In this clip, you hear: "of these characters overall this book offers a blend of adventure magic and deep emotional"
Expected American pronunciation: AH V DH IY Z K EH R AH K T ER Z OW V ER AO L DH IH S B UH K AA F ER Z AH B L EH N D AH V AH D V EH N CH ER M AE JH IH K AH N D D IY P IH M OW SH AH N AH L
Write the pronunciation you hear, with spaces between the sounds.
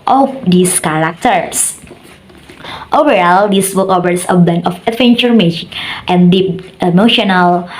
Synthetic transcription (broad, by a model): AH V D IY S K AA R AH K T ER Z OW V ER AO L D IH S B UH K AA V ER S AH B EH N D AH F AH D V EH N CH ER M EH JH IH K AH N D D IY P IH M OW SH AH N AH L